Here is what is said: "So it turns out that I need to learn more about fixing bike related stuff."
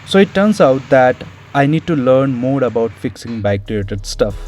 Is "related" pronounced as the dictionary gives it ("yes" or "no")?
no